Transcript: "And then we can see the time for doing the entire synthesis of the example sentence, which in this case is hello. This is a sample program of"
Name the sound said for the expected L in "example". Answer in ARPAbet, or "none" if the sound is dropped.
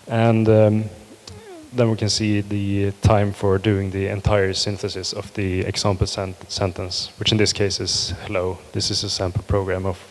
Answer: N